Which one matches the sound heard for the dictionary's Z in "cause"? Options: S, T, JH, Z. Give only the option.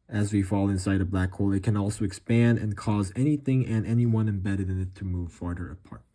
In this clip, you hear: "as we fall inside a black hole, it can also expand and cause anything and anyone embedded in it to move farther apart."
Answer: Z